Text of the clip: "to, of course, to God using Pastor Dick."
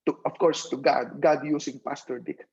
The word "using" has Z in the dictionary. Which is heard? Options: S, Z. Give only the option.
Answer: S